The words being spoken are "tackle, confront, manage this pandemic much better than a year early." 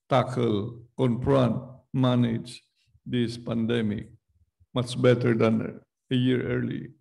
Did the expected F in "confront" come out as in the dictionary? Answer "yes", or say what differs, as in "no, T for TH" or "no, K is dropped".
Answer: no, P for F